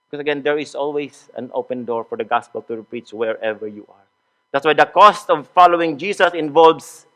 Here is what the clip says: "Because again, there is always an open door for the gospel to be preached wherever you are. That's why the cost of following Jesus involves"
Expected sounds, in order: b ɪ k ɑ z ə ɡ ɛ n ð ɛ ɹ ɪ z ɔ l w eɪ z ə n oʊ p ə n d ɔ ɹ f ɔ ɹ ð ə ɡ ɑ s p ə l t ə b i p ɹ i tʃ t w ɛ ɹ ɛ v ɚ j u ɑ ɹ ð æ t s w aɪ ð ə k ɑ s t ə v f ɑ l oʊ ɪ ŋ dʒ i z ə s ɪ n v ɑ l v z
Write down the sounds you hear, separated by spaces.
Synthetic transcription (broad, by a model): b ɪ k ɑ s ə ɡ ɛ n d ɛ ɹ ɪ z ɔ l w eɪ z ə n oʊ p ə n d ɔ ɹ f ɔ ɹ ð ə ɡ ɑ s p ə l t ə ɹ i p ɹ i tʃ w ɛ ɹ ɛ v ɚ j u ɑ ɹ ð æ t s w aɪ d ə k ɑ s t ə v f ɑ l oʊ ɪ ŋ dʒ i s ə s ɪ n v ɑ l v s